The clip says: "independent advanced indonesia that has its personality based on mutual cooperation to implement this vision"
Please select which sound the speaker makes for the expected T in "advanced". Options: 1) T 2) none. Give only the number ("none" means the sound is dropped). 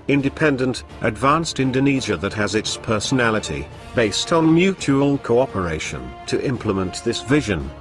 1